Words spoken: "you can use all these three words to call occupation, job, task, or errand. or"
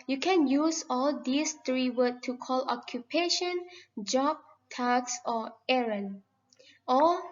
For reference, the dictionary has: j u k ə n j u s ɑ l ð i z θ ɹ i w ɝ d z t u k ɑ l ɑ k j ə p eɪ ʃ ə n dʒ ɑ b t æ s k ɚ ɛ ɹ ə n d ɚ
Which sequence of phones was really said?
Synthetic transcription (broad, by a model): j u k ə n j u s ɑ l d i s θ ɹ i w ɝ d t u k ɑ l ɑ k j ə p eɪ ʃ ə n dʒ ɑ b t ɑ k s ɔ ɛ ɹ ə n ɔ